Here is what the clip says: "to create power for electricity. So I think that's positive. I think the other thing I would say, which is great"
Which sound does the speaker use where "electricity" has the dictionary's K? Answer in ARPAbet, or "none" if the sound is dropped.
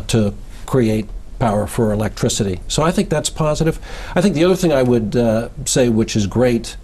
K